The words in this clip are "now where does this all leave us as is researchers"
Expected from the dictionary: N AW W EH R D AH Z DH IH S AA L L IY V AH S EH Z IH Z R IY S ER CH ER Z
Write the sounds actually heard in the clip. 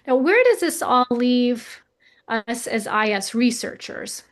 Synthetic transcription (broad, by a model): N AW W EH R D AH Z DH IH S AA L L IY V AH S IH Z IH S R IY S ER CH ER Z